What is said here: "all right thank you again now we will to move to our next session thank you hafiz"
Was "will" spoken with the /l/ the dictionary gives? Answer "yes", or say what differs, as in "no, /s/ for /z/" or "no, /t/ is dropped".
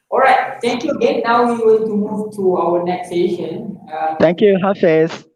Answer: no, /n/ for /l/